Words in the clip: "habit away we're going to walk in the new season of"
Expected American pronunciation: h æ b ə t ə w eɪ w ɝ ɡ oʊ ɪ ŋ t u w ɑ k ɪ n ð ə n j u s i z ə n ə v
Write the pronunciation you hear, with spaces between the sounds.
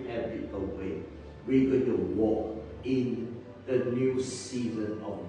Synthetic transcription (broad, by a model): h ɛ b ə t ə w eɪ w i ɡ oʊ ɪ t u w ɑ k ɪ n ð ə n j u s i z ə n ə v